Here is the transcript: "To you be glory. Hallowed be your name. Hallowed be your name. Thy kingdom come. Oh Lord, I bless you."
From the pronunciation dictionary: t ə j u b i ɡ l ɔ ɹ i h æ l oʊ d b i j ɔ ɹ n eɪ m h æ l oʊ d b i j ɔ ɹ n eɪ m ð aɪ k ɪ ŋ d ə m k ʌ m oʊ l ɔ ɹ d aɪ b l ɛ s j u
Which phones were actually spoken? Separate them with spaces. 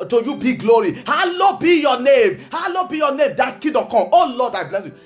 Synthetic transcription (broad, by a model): t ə j u b i ɡ l ɔ ɹ i h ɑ l oʊ b i j ɔ n eɪ m h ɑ l oʊ b i j ɔ n eɪ m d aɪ k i d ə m k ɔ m oʊ l ɔ d aɪ b l ɛ s j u